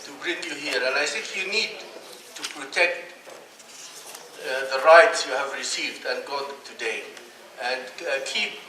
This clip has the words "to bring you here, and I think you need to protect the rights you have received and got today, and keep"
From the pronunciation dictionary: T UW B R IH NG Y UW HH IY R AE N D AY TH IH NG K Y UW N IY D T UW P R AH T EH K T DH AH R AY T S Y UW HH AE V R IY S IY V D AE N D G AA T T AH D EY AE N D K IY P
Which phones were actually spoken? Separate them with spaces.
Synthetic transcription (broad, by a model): T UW B R IH NG Y UW HH IY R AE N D AY S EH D Y UW N IY D T UW P R AH T EH K T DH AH R AY T S Y UW HH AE V R IY S IY V D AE N G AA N T AH D EY AE N D K IY P